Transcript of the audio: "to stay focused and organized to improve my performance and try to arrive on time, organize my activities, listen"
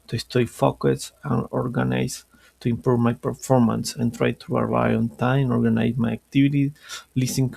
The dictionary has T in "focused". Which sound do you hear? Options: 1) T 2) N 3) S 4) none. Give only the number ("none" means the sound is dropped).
4